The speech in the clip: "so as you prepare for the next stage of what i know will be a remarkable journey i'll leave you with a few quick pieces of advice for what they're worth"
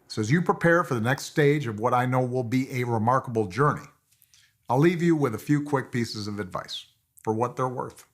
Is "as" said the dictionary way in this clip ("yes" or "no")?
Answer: yes